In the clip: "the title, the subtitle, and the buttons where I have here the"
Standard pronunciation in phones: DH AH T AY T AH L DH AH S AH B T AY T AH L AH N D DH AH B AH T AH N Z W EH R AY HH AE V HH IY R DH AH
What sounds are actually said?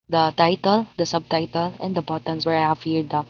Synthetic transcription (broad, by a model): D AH T AY T AH L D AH S AH B T AY T AH L AH N D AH B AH T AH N S W EH R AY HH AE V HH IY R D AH